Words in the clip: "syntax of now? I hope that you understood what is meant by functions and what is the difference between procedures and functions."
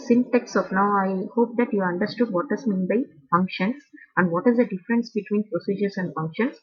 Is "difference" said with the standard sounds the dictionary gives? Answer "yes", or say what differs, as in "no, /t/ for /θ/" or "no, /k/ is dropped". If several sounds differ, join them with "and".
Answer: yes